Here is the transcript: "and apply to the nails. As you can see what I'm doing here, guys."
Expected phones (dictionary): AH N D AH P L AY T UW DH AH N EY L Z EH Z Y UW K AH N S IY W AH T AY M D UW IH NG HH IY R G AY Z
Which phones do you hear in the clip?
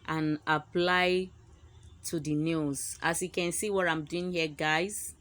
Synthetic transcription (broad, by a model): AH N AH P L AY T UW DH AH N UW Z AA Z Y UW K AH N S IY W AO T AY M D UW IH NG HH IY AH G AY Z